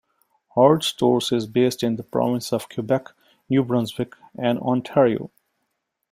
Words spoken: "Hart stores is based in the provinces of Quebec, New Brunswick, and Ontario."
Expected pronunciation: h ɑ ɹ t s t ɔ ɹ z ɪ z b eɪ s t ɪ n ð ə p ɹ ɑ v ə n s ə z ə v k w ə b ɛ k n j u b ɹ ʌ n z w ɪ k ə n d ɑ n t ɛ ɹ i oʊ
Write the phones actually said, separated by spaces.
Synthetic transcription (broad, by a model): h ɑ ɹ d s t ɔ ɹ s ɪ z b eɪ s t ɪ n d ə p ɹ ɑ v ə n s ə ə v k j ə b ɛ k n j u b ɹ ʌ n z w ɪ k ə n d ɑ n t ɛ ɹ i oʊ